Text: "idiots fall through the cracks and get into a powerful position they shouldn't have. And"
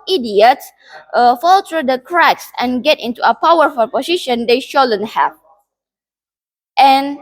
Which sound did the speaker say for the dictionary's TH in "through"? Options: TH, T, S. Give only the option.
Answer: T